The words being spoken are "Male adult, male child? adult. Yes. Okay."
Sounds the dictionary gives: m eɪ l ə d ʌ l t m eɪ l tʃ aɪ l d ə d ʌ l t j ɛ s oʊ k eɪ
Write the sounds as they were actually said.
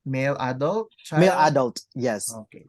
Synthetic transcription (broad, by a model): m eɪ l ə d ʌ l t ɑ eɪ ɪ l ə d ʌ l t j ɛ s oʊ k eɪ